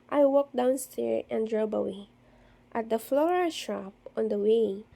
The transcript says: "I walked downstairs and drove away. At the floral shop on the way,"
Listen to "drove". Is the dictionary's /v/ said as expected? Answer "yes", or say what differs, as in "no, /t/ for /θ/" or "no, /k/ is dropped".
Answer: no, /b/ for /v/